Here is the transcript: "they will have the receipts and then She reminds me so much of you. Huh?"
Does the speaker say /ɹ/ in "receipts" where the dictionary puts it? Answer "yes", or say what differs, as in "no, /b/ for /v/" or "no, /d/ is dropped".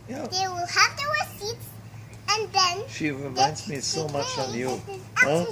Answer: no, /w/ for /ɹ/